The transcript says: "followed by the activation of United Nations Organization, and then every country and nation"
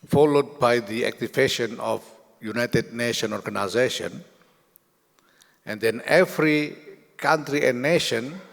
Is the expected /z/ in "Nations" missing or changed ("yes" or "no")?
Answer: yes